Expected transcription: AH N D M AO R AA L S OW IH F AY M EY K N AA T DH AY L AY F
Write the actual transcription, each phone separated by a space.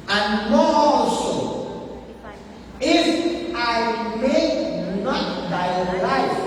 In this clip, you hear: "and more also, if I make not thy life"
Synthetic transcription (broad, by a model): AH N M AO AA S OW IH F AY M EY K N AA T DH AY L AY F